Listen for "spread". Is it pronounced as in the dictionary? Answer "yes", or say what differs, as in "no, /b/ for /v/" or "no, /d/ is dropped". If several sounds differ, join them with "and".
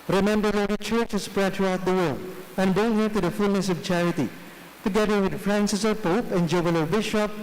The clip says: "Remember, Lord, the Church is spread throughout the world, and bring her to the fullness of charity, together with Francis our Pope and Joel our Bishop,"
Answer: yes